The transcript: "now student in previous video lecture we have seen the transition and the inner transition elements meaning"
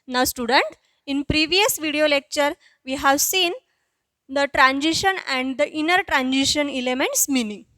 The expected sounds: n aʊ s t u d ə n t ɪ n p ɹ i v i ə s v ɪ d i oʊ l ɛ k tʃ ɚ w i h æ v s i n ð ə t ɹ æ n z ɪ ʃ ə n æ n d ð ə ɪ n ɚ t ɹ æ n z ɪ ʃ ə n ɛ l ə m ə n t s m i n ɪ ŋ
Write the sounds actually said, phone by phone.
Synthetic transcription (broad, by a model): n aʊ s t u d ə n t ɪ n p ɹ i v i ə s v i d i oʊ l ɛ k tʃ ɚ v i h æ v s i n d ə t ɹ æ n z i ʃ ə n æ n d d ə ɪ n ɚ t ɹ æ n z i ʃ ə n ɛ l ə m ə n t s m i n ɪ ŋ